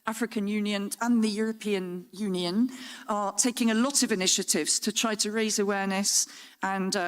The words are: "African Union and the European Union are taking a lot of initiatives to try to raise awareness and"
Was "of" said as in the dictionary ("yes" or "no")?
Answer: yes